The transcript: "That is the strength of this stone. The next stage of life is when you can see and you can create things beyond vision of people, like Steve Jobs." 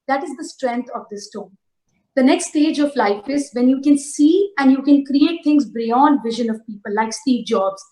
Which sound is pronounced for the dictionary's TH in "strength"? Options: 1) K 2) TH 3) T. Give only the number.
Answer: 3